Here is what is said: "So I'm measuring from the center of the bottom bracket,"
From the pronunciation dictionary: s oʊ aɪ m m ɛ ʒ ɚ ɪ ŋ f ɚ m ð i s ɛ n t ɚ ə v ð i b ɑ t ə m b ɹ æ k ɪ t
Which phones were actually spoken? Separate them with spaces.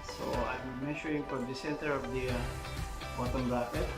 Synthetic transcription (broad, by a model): s oʊ aɪ m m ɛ ʃ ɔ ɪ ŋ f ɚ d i s ɛ n t ɚ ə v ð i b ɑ t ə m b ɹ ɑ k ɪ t